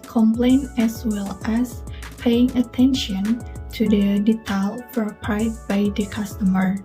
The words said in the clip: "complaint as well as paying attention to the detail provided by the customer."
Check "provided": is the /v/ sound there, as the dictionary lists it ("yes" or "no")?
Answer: no